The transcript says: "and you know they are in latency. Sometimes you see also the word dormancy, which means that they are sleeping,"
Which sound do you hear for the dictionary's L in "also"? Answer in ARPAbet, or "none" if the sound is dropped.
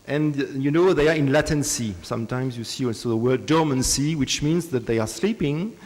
none